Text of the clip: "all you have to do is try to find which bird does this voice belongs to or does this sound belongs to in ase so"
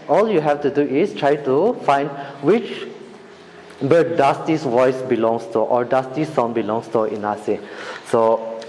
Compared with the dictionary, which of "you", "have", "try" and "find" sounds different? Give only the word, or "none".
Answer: have